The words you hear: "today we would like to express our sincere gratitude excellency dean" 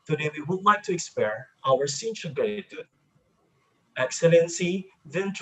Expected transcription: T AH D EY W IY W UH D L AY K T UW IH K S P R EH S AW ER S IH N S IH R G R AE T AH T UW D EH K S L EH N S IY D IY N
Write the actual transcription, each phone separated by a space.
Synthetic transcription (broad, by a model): T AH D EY W IY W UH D L AY K T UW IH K S P EH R AW ER S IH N SH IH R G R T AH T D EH K S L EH N S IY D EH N